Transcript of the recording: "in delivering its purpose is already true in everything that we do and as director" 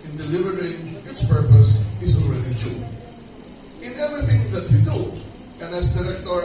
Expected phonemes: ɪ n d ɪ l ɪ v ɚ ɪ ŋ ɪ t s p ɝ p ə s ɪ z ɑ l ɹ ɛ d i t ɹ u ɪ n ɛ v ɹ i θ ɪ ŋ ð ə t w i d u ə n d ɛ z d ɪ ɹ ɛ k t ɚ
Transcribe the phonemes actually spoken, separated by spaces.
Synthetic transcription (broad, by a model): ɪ n d ɪ l ɪ v ɚ ɪ ŋ ɪ t s p ɝ p ə s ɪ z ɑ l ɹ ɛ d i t u ɪ n ɛ v ɹ i θ ɪ ŋ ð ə t w i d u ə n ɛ s d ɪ ɹ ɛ k t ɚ